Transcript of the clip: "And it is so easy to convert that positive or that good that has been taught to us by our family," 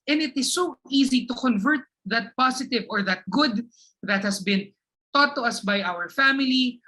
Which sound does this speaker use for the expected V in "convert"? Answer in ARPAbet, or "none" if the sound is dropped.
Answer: V